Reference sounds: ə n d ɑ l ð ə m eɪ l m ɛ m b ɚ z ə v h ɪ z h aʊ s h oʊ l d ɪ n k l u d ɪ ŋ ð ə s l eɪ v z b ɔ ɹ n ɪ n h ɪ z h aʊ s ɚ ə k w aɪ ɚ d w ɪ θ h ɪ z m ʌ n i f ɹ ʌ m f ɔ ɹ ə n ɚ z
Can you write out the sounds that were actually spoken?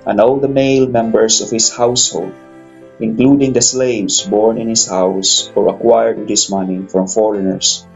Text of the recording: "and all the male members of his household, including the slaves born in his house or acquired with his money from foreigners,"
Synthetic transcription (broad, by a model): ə n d ɑ l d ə m eɪ l m ɛ m b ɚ s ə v h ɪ s h aʊ s h oʊ l d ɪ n k l u d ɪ ŋ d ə s l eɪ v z b ɔ ɹ n ɪ n h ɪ s h aʊ s ɚ ə k w aɪ ɚ d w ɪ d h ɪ s m ʌ n i f ɹ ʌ m f ɔ ɹ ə n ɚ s